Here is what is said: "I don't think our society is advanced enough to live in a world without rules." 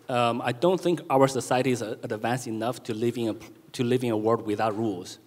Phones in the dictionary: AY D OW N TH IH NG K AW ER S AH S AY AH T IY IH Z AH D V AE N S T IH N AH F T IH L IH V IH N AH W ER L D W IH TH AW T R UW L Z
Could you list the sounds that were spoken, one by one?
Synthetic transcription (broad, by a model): AY D OW N TH IH NG K AW ER S AH S AY AH T IY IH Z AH D V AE N S T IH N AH P T IH L IH V IH N AH W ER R D W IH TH AW T R UW L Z